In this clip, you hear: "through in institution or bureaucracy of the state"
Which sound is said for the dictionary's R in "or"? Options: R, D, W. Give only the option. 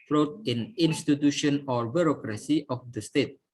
R